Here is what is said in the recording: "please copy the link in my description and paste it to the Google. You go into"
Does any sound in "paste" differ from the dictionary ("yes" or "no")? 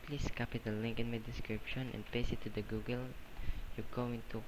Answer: yes